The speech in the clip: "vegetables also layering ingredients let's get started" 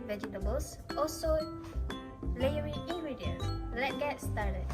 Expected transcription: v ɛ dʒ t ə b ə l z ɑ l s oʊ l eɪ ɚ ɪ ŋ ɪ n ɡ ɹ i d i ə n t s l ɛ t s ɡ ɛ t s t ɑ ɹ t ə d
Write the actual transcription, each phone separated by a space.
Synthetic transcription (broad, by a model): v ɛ dʒ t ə b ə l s ɑ l s oʊ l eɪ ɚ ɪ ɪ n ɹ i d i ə l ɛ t ɡ ɛ t s t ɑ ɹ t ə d